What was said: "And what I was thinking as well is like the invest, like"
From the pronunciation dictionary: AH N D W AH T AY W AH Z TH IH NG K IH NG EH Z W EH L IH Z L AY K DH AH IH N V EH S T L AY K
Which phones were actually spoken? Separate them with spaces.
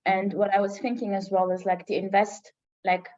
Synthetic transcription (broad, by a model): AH N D W AH T AY W AH Z TH IH NG K IH NG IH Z W EH L IH Z L AY K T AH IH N V EH S T L AY K